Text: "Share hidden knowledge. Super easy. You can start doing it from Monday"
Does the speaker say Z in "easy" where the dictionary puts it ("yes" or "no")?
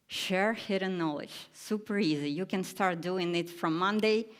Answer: yes